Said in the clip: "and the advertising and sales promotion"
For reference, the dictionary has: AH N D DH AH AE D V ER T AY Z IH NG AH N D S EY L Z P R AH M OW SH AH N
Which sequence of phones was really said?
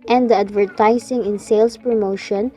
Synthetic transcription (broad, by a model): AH N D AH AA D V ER T AY S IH NG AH N S EY L S P R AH M OW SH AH N